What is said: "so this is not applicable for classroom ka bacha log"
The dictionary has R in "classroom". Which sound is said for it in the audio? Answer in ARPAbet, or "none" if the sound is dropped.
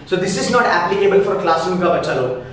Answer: none